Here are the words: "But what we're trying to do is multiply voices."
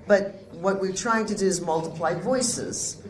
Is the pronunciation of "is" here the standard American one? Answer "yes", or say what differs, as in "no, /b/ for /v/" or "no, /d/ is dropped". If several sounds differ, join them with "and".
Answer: yes